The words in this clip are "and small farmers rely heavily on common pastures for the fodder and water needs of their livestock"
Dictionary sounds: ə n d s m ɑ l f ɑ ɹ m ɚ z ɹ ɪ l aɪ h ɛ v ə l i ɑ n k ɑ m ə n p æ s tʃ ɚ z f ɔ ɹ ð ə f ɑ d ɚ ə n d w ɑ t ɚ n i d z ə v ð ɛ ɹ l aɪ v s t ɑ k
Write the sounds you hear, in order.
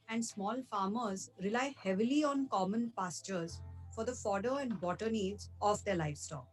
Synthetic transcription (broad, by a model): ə n d s m ɑ l f ɑ ɹ m ɚ z ɹ ɪ l aɪ h ɛ v ə l i ɑ n k ɑ m ə n p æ s tʃ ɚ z f ɔ ɹ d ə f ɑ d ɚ ə n d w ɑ t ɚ n i d z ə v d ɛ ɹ l aɪ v s t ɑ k